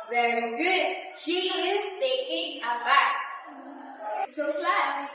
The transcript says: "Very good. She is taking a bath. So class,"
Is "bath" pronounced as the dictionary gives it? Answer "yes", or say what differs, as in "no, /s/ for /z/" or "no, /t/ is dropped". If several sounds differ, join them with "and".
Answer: no, /t/ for /θ/